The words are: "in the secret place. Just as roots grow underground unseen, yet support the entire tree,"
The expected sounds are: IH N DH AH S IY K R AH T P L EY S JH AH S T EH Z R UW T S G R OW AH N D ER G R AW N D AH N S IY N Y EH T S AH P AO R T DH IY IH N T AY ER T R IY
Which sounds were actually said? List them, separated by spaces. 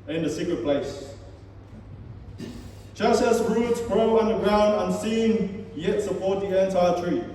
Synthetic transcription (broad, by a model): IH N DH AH S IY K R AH P L EY S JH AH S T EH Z R UW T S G R OW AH N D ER G R AW N D AH N S IY N Y EH T S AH P AO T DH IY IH N T AY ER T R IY